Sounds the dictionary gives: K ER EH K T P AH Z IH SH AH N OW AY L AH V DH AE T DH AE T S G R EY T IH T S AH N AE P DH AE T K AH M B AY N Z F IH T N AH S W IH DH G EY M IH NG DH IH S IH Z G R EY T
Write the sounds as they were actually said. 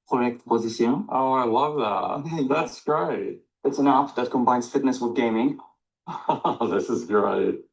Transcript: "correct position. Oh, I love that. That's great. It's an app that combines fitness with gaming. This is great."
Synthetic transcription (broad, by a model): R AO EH K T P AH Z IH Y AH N OW AY L AH V DH AE T DH AE T S G R EY T IH T S AH N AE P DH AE T K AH M B AY N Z F IH T N AH S W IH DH G EY M IH NG DH IH S IH Z G R EY T